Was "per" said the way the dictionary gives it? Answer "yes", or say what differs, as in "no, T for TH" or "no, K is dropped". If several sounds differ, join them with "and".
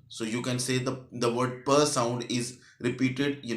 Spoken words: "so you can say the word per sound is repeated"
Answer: yes